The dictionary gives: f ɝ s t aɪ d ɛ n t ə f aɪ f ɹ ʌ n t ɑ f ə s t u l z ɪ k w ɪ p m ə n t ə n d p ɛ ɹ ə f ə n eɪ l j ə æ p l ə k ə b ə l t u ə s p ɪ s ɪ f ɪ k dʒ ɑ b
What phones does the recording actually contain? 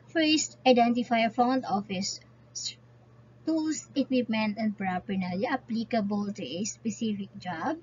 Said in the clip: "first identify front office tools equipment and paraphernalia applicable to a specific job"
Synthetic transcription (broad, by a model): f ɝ s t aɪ d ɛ n t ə f aɪ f ɔ n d ɑ f ə s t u l s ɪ k w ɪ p m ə n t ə n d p ɹ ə p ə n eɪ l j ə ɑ p l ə k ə b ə l t u ə s p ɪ s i f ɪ k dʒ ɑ b